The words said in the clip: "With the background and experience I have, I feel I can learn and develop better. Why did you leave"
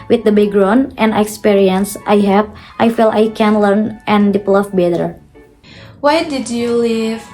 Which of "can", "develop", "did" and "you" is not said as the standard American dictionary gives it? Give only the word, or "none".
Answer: develop